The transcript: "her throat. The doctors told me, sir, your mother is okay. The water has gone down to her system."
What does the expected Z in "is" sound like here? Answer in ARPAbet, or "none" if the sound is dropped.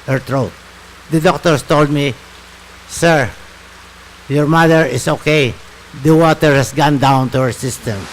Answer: S